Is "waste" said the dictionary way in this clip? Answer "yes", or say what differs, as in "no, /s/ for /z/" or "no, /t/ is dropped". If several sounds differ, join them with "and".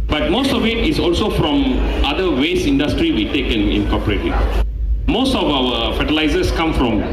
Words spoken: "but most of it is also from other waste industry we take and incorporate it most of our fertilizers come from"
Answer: no, /t/ is dropped